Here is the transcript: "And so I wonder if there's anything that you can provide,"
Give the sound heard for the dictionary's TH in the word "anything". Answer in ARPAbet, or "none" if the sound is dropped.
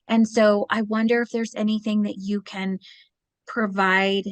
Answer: TH